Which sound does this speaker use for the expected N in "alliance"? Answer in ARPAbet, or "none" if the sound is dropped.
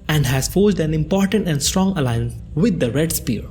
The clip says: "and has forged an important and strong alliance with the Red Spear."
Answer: N